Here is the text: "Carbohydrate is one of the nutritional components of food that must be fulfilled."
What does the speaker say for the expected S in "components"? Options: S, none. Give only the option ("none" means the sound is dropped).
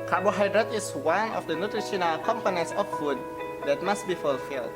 S